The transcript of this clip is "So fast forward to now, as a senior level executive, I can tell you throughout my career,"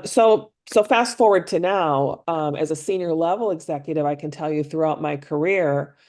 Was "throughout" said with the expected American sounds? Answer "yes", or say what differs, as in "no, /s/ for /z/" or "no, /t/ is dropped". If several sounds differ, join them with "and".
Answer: yes